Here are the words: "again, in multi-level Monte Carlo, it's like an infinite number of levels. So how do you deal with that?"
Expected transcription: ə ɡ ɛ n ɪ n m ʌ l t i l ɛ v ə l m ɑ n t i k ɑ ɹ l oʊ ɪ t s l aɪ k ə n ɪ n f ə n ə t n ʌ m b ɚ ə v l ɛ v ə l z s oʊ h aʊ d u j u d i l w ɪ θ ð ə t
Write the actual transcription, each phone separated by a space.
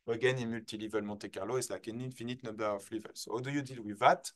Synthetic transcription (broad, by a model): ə ɡ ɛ n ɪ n m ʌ l t i l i v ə l m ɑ t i k ɑ ɹ l oʊ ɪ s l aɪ k ə n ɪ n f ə n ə t n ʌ b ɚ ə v l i v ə l s oʊ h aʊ d u j u d i l w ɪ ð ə t